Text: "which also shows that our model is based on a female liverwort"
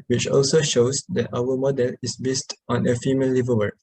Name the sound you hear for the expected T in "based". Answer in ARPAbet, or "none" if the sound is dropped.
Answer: T